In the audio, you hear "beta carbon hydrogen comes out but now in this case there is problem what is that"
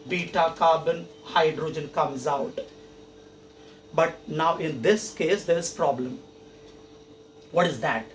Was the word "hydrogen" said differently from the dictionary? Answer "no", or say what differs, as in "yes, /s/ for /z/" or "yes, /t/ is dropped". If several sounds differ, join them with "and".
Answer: no